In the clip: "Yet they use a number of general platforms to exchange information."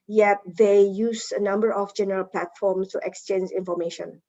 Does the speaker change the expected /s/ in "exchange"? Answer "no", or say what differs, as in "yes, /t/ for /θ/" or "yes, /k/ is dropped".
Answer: no